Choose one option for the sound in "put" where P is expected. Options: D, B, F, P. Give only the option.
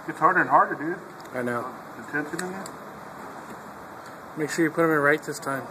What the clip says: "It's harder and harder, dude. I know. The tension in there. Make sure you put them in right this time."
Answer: P